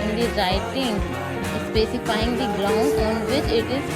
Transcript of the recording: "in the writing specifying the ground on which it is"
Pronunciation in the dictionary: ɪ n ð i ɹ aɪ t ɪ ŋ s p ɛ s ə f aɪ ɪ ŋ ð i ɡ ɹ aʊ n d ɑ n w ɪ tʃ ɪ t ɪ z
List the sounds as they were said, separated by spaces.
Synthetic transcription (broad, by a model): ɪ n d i ɹ aɪ t ɪ ŋ s p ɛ s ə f aɪ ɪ ŋ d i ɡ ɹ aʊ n ɑ n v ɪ tʃ ɪ t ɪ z